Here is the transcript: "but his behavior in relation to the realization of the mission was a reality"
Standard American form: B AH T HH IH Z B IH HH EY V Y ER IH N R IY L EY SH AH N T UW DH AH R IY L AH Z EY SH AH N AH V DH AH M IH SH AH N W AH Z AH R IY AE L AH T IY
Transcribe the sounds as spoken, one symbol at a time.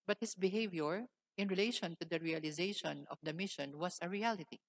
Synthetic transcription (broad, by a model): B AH T HH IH S B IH HH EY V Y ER IH N R IY L EY SH AH N T UW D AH R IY L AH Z EY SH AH N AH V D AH M IH SH AH N W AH S AH R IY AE L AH T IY